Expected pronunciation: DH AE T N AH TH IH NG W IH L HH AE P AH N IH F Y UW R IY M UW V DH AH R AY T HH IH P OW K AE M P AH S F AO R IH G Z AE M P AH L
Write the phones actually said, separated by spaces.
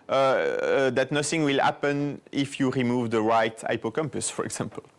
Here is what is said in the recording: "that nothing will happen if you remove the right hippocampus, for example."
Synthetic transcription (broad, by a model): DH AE T N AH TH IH NG W IH L HH AE P AH N IH F Y UW R IY M UW V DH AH R AY T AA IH P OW K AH M P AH S F AO R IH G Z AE M P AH L